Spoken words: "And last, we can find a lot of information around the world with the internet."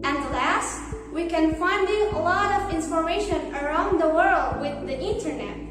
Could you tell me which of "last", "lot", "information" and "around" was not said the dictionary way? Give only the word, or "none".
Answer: information